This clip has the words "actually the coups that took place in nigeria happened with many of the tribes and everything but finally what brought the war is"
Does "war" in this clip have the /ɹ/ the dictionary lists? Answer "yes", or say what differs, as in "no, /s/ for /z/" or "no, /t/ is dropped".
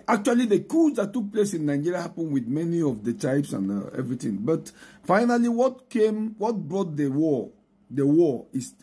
no, /w/ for /ɹ/